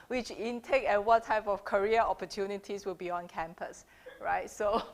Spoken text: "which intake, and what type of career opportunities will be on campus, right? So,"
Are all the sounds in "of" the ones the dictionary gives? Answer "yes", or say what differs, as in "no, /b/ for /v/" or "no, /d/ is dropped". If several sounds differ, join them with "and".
no, /f/ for /v/